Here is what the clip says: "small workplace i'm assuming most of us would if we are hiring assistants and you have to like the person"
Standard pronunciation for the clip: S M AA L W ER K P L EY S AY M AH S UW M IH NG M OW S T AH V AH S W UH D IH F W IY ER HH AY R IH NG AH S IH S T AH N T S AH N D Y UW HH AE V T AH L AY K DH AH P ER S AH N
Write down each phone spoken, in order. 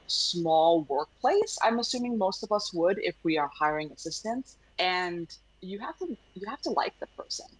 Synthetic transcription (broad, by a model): S M AA L W ER K P L EY S AY M AH S UW M IH NG M OW S T AH V AH S W UH D IH F W IY ER HH AY R IH NG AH S IH S T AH N S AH N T Y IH HH AE F T AH L AY K DH AH P ER S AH N